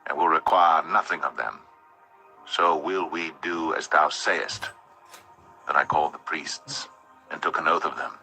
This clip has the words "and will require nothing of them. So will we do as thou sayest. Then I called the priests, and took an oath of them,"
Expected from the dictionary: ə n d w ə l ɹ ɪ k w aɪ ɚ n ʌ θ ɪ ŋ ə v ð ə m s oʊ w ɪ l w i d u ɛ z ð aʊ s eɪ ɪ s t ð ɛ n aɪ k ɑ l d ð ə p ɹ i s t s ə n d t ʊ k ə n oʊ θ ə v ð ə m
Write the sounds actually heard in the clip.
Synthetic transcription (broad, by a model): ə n w ə l ɹ ɪ k w aɪ ɚ n ʌ θ ɪ ŋ ə v ð ə m s oʊ w ɪ l w i d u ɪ z ð aʊ s eɪ ɪ s t ð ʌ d aɪ k ɑ l d ð ə p ɹ i s t s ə n t ʊ k ə n oʊ θ ə v ð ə m